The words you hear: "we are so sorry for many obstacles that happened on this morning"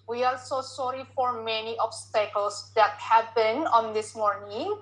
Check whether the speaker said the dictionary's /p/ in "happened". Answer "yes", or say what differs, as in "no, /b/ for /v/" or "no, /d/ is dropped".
no, /b/ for /p/